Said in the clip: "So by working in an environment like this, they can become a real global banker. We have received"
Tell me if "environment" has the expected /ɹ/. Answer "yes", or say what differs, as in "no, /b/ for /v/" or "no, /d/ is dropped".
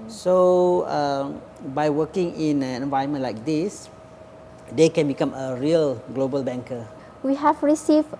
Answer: no, /ɹ/ is dropped